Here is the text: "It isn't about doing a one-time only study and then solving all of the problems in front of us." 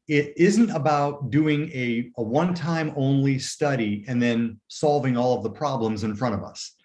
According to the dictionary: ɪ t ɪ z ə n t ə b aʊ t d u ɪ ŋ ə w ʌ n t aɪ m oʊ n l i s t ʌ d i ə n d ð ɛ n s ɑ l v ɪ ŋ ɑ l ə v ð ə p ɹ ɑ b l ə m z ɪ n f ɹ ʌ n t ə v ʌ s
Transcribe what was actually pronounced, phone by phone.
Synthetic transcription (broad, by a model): ɪ t ɪ z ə n t ə b aʊ t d u ɪ ŋ ə w ʌ n t aɪ m oʊ n l i s t ʌ d i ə n ð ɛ n s ɑ l v ɪ ŋ ɑ l ə v ð ə p ɹ ɑ b l ə m z ɪ n f ɹ ʌ t ə v ʌ s